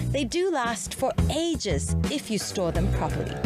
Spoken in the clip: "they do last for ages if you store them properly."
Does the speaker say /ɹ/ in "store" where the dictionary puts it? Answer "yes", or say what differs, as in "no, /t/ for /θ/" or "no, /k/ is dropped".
yes